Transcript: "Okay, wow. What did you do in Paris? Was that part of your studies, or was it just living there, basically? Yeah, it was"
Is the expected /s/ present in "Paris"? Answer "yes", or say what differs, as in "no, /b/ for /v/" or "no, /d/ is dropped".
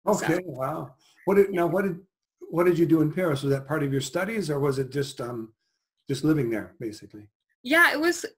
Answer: yes